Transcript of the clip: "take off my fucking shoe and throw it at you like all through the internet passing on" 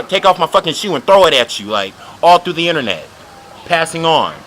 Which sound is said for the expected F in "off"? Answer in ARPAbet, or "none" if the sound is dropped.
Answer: F